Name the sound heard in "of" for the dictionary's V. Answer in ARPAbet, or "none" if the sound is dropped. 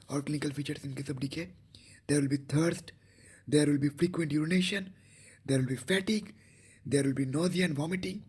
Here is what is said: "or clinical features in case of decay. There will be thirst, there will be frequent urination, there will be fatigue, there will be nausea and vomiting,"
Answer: B